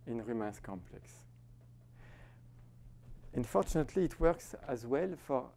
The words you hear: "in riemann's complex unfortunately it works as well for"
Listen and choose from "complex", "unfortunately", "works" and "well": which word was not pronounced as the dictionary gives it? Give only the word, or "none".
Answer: none